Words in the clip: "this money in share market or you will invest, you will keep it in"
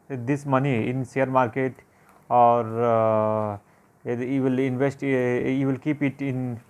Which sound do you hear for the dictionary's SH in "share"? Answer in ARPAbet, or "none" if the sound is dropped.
S